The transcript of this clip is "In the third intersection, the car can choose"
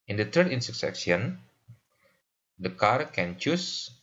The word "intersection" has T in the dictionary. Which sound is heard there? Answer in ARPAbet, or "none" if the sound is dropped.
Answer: S